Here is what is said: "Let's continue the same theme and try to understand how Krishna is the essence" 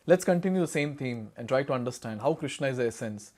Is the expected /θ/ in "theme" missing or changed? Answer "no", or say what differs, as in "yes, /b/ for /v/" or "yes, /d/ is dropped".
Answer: yes, /t/ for /θ/